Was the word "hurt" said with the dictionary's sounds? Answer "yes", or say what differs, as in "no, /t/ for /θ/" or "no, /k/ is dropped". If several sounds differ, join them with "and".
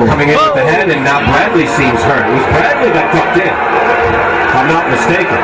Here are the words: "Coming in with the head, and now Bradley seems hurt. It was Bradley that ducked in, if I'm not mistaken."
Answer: no, /t/ is dropped